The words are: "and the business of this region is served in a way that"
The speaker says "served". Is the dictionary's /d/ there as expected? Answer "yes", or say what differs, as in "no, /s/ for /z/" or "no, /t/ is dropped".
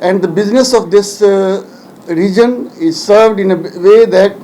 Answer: yes